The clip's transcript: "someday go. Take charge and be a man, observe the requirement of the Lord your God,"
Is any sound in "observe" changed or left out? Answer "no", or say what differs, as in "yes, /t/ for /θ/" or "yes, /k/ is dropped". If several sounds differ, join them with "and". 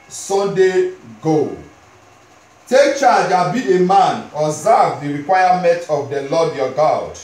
yes, /b/ is dropped